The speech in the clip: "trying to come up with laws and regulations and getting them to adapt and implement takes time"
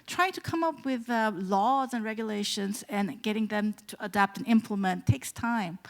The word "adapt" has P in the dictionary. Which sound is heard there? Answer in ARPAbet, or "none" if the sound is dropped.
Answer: P